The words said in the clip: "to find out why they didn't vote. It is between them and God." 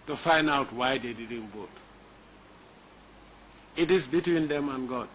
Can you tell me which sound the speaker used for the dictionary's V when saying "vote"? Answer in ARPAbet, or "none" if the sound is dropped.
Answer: B